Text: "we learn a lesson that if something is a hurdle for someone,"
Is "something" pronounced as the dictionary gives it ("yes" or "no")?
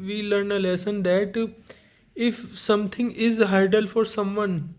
no